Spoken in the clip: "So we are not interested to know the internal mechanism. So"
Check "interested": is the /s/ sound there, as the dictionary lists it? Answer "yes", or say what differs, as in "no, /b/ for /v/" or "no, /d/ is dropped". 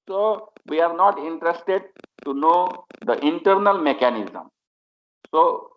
yes